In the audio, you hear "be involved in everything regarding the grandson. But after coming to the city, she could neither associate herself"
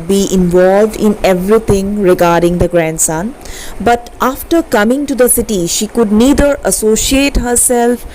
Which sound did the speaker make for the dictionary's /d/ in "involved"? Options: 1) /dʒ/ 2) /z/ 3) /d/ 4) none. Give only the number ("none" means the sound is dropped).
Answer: 3